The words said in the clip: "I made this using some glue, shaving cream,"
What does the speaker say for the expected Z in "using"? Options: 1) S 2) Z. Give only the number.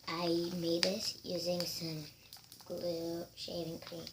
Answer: 2